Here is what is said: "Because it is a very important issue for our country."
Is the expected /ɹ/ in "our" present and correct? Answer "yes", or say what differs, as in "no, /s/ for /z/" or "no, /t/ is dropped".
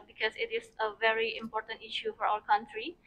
no, /l/ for /ɹ/